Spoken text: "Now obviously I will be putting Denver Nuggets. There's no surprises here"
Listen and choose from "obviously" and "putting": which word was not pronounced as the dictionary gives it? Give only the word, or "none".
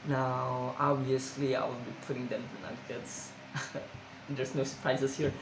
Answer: obviously